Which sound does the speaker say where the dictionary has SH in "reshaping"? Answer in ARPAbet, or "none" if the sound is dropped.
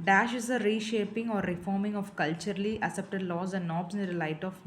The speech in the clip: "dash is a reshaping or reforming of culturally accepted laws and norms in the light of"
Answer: SH